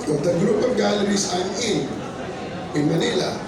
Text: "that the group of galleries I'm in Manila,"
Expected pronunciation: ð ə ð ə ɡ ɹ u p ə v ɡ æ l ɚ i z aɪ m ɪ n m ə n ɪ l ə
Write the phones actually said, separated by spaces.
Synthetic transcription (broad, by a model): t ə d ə ɡ ɹ u p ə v ɡ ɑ l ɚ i s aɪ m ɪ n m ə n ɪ l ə